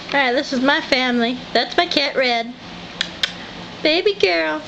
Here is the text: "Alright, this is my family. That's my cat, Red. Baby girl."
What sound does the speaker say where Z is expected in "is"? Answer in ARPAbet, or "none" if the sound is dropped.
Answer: Z